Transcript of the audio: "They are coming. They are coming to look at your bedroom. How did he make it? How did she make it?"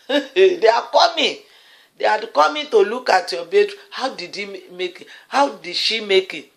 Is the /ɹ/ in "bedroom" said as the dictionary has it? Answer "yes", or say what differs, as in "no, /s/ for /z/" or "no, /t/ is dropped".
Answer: no, /ɹ/ is dropped